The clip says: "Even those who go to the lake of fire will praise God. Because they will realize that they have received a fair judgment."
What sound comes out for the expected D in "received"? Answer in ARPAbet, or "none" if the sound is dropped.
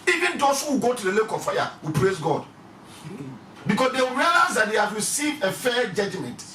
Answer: none